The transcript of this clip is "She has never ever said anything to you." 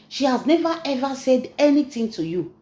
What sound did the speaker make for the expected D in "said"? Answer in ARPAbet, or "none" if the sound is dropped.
D